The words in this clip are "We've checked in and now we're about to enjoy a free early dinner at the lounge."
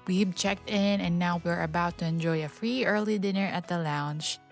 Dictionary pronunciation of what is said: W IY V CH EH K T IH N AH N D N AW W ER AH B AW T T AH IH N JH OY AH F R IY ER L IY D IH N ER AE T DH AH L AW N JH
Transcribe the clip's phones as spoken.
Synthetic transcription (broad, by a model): W IY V CH EH K T IH N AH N N AW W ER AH B AW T T AH IH N JH OY AH F R IY ER L IY D IH N ER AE T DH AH L AW N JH